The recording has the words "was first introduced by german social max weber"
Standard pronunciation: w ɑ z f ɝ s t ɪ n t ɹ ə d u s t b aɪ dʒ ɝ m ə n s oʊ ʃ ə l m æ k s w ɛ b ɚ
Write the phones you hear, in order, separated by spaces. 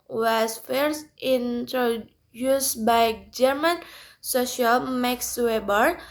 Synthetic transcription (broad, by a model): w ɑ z f ɝ s t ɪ n t ɹ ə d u s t b aɪ dʒ ɝ m ə n s oʊ ʃ ə l m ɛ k s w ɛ b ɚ